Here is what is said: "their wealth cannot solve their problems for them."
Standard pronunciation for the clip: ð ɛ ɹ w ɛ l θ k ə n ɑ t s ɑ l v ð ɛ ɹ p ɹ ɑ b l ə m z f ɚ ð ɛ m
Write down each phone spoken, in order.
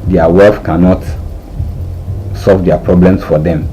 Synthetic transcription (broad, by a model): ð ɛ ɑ w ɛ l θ k ə n ɑ t s ɑ l v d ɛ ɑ p ɹ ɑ b l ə m s f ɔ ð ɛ m